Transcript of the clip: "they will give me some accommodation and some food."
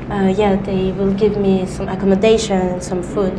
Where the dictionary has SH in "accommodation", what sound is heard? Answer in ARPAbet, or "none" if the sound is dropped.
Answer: none